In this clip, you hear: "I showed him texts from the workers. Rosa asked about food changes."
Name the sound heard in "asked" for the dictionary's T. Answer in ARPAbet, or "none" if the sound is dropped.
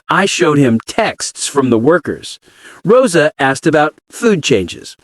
T